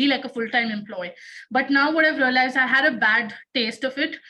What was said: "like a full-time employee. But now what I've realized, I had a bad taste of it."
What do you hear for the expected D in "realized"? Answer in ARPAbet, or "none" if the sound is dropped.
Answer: none